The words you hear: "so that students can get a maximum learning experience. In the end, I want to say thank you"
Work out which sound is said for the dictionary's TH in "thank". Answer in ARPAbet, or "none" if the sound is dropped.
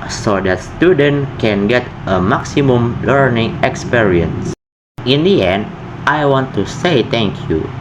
T